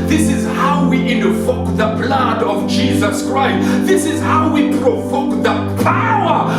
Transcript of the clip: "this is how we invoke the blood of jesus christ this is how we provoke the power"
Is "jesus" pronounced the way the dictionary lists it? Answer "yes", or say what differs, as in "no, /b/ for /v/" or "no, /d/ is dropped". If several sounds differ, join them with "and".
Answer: yes